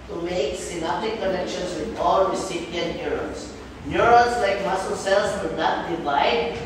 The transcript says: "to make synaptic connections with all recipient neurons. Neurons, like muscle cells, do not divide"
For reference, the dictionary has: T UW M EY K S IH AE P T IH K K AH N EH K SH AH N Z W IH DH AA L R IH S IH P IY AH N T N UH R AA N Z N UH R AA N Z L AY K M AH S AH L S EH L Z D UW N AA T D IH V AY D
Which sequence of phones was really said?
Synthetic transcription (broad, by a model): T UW M EY K S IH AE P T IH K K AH N EH K SH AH N S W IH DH AA L R IH S IH P IY AH N T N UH R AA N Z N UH R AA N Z L AY K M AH S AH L S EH L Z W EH N AA T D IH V AY D